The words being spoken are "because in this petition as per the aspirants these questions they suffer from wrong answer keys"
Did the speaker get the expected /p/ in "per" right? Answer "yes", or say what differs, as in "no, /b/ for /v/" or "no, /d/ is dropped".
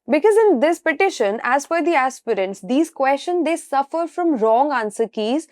no, /f/ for /p/